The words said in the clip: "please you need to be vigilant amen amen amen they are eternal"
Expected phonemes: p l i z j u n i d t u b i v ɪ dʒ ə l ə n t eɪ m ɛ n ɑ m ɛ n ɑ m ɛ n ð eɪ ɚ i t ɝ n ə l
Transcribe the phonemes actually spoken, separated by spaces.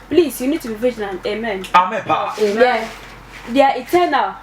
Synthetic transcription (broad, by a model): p l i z j u n i d t u b i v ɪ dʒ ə n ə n eɪ m ɛ n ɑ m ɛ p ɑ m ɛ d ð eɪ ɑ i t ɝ n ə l